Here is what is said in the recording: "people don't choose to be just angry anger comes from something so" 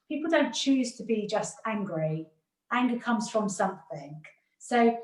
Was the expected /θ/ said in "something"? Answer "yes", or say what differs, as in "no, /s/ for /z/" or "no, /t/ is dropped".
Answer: yes